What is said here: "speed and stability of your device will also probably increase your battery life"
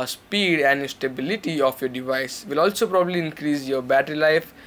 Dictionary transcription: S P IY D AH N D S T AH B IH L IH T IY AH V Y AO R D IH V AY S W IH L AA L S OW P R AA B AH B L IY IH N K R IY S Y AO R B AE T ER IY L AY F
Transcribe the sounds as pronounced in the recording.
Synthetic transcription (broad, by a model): S P IY D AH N D S T AH B IH L IH T IY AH F Y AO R D IH V AY S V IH L AA L S OW P R AA B AH B L IY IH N K R IY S Y AO R B AE T ER IY L AY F